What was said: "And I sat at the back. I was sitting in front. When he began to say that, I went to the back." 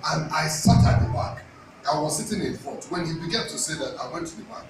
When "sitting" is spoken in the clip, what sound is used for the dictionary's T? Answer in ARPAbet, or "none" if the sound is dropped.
T